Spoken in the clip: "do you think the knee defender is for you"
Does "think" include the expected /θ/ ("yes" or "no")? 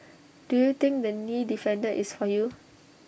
no